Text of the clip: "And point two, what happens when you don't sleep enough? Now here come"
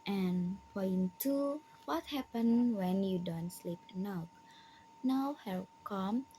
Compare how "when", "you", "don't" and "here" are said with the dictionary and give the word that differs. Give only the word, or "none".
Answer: here